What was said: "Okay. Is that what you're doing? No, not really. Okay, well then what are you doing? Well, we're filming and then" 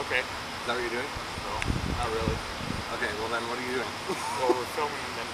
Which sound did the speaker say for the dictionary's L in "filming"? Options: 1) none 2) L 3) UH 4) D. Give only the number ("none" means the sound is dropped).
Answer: 1